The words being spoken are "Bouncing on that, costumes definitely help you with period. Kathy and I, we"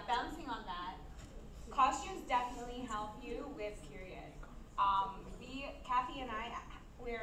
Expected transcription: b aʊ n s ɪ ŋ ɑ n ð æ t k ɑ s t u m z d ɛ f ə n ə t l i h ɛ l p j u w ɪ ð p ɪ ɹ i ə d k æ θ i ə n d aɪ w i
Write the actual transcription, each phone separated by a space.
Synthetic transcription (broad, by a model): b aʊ n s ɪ ŋ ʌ n ð æ t k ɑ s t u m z d ɛ f ə n ə t l i h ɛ l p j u w ɪ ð p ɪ ɹ i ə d k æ f i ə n aɪ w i